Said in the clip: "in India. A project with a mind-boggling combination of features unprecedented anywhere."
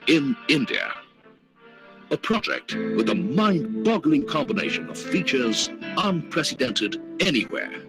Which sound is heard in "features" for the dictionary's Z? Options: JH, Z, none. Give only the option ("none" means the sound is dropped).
Z